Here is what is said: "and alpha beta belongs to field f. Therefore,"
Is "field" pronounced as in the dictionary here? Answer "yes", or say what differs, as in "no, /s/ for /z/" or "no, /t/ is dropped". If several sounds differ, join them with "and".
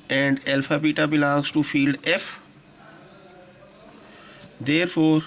yes